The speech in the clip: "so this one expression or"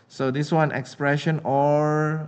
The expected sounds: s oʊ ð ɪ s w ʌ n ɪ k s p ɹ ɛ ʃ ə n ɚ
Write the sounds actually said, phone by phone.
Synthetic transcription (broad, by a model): s oʊ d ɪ s w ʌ n ɪ k s p ɹ ɛ ʃ ə n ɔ